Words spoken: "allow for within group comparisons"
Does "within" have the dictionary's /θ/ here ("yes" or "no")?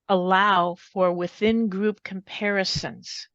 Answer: yes